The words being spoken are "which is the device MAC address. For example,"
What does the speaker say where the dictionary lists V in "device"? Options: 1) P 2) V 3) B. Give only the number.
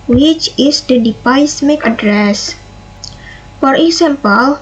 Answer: 1